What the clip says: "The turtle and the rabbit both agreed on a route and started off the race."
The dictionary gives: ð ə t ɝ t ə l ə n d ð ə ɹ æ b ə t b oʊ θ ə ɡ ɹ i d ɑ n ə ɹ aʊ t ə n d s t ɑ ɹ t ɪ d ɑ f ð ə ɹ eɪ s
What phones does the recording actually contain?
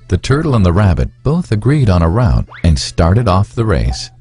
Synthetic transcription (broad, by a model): ð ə t ɝ t l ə n ð ə ɹ æ b ə t b oʊ θ ə ɡ ɹ i d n ə ɹ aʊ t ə n s t ɑ ɹ t ɪ d ɑ f ð ə ɹ eɪ s